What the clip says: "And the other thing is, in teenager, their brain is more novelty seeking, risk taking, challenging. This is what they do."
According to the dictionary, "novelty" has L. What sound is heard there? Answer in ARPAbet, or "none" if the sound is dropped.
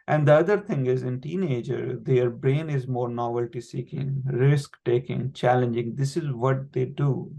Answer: L